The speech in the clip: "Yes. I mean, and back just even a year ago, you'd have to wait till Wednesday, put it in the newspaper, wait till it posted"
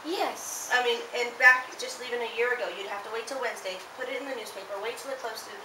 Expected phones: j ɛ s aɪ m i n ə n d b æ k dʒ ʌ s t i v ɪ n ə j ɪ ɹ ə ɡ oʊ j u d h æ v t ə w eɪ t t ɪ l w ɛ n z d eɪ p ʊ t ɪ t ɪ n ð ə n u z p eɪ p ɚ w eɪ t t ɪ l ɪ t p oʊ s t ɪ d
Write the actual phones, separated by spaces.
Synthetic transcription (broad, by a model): j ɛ s aɪ m i n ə n b æ k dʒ ʌ s t i v ɪ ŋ ə j ɪ ɹ ə ɡ oʊ j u d h æ f t ə w eɪ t t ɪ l w ɛ n z d eɪ p ʊ t ɪ t ɪ n ð ə n u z p eɪ p ɚ w eɪ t t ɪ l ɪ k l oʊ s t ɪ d